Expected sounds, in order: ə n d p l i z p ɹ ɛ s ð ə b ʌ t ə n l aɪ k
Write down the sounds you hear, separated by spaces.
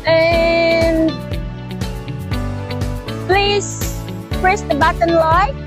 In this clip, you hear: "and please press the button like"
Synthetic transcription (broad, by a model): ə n p l i z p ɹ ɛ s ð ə b ʌ t ə n l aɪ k